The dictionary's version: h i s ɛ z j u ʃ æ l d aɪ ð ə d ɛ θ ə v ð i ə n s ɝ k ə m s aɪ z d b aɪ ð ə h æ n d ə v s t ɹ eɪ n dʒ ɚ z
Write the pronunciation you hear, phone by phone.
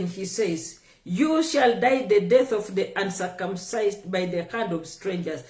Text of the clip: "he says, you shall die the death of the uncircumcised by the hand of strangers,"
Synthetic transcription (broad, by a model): h i s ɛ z j u ʃ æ l d aɪ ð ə d ɛ θ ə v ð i ə n s ɝ k ə m s aɪ z d b aɪ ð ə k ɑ n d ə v s t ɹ eɪ n dʒ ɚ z